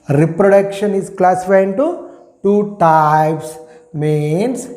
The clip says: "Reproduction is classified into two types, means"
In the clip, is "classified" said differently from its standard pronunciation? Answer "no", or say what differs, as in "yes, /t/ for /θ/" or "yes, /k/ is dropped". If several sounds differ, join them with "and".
yes, /d/ is dropped